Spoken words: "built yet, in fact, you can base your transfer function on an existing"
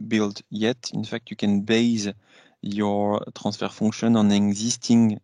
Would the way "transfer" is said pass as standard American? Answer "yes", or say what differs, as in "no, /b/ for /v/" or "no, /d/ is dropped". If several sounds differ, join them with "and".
no, /n/ is dropped